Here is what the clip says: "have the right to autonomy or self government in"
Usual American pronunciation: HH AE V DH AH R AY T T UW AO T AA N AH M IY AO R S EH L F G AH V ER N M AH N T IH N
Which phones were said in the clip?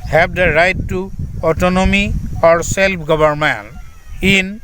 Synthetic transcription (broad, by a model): HH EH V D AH R AY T T UW AO T AA N AH M IY AO R S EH L P G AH B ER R M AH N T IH N